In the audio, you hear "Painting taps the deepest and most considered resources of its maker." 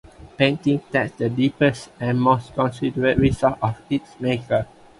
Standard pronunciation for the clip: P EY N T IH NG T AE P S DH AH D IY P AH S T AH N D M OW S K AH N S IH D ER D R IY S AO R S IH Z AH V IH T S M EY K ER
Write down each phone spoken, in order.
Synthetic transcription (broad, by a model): P EY N T IH NG T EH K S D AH D IY P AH S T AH N M OW S K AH N S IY D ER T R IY S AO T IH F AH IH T S M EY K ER